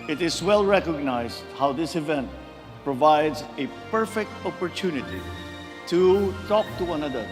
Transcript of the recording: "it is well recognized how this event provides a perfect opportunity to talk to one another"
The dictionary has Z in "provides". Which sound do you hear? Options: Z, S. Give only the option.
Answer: Z